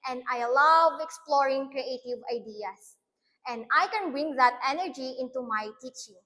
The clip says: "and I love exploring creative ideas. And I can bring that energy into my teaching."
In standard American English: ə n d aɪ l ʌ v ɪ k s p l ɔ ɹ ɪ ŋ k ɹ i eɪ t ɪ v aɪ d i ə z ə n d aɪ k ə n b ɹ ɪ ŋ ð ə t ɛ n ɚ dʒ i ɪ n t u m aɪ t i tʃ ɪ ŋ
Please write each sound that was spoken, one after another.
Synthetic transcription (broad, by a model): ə n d aɪ l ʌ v ɪ k s p l ɔ ɹ ɪ ŋ k ɹ i eɪ t ɪ v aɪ d i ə s ə n d aɪ k ə n b ɹ ɪ ŋ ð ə t ɛ n ɚ dʒ i ɪ n t u m aɪ t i tʃ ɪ ŋ